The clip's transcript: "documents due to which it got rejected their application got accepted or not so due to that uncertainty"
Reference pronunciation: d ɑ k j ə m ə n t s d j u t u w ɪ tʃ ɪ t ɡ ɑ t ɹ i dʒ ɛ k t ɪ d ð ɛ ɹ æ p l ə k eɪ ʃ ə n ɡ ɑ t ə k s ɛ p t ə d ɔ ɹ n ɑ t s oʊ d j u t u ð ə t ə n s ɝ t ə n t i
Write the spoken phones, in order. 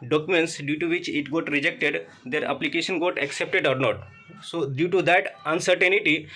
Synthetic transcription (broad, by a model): d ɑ k j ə m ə n t s d j u t u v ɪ tʃ ɪ t ɡ ɑ t ɹ i dʒ ɛ k t ɪ d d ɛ ɹ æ p l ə k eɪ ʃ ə n ɡ ɑ t ə k s ɛ p t ə d ɔ ɹ n ɑ t s oʊ d j u t u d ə t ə n s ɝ t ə n t i